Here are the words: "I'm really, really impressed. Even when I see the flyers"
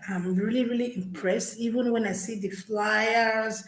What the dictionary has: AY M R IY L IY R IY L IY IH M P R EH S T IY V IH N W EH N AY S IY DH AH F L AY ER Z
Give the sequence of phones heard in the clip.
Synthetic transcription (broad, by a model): AY M R IY L IY R IY L IY IH M P R EH S T IY V IH N W EH N AY S IY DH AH F L AY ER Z